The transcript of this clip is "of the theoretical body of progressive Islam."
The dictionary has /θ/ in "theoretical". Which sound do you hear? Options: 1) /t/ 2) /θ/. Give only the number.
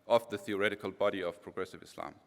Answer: 2